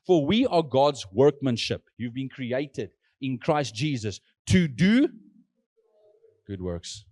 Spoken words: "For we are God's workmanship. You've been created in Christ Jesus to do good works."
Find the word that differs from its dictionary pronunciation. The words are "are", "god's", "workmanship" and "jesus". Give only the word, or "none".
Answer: none